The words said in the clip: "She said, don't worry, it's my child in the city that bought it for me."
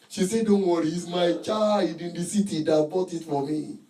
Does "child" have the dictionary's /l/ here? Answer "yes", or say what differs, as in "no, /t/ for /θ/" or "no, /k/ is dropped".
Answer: no, /l/ is dropped